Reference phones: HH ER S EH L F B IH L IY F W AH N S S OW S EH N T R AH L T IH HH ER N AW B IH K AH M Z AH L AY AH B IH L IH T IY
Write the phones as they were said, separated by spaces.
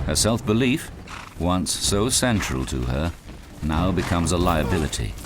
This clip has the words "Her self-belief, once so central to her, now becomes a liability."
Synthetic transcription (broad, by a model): HH ER S EH L F B IH L IY F W AH N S S OW S EH N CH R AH L T IH ER N AW B IH K AH M Z AH L AY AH B IH L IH T IY